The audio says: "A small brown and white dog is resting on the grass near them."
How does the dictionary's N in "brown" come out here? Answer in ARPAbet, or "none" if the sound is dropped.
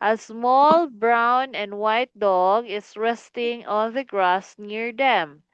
N